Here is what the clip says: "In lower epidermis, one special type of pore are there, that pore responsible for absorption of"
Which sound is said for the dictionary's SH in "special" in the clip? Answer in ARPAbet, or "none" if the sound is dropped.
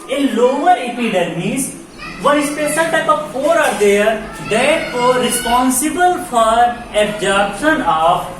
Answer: S